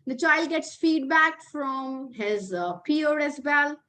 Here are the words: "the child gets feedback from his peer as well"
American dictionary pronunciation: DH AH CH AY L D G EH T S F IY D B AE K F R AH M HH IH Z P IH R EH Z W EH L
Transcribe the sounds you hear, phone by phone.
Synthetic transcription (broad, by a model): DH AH CH AY L D G EH T S F IY D B AE K F R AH M HH IH Z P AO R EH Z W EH L